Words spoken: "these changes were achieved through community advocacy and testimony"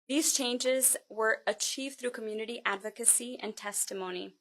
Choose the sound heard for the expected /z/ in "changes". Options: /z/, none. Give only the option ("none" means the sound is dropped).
/z/